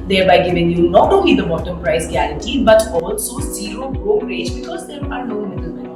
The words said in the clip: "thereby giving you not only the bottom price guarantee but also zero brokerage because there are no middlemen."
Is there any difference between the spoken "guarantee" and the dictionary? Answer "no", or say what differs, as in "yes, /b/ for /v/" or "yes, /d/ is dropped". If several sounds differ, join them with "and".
yes, /n/ is dropped